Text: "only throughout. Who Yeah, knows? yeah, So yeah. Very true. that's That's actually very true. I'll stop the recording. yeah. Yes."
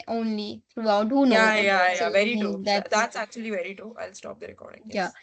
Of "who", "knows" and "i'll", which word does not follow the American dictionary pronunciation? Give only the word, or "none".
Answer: knows